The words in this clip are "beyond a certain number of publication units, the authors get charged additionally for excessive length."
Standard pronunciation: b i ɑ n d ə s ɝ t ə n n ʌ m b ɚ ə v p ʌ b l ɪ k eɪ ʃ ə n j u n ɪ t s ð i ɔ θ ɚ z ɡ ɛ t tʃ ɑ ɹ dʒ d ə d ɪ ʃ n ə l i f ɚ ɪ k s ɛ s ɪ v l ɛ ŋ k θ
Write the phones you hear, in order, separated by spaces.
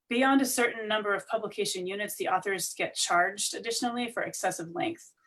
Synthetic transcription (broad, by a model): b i ɑ n d ə s ɝ t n n ʌ m b ɚ ə v p ʌ b l ɪ k eɪ ʃ ə n j u n ɪ t s ð i ɔ θ ɚ z ɡ ɛ t tʃ ɑ ɹ dʒ d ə d ɪ ʃ n l i f ɚ ɪ k s ɛ s ɪ v l ɛ ŋ k θ